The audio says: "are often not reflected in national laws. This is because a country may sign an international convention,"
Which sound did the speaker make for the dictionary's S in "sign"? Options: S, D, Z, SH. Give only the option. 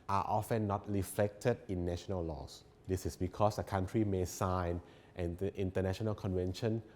S